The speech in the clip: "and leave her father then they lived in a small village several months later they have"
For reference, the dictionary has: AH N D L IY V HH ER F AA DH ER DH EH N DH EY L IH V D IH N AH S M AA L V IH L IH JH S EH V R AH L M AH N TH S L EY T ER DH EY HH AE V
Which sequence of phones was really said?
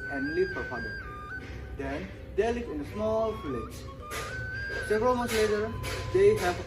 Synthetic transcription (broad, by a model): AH N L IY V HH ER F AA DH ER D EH N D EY L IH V IH N AH S M AA L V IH L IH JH S EH V R AH L M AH N T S L EY T ER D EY HH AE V